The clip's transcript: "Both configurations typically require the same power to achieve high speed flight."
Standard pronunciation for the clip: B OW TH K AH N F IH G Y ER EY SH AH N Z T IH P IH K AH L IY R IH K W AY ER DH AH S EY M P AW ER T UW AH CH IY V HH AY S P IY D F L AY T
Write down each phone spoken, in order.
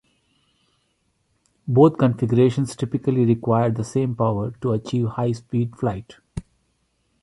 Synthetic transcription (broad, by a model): B OW T K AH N F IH G Y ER EY SH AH N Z T IH P IH K AH L IY R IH K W AY ER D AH S EY M P AW ER T UW AH CH IY V HH AY S P IY D F L AY T